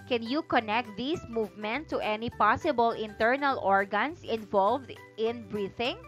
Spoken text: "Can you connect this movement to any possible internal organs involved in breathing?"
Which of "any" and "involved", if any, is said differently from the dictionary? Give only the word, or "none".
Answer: none